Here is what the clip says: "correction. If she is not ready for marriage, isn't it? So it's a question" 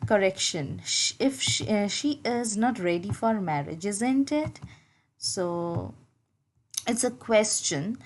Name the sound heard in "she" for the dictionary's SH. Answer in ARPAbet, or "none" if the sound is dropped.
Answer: SH